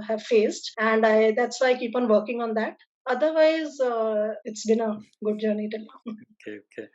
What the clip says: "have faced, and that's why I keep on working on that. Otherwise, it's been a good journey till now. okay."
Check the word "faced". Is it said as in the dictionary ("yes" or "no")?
yes